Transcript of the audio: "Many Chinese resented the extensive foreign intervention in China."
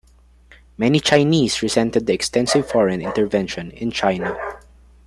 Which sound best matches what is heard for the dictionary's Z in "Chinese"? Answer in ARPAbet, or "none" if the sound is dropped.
S